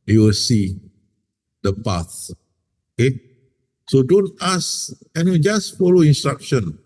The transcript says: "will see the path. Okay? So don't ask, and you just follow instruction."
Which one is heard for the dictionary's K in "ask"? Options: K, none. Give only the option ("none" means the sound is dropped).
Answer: none